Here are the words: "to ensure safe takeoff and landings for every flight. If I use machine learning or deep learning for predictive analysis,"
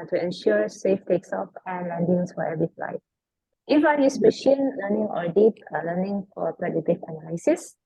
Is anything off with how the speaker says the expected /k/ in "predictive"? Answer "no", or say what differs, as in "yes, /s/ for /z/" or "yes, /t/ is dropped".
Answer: yes, /k/ is dropped